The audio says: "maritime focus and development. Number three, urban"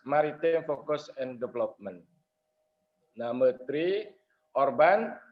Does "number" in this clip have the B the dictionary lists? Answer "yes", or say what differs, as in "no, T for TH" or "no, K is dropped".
no, B is dropped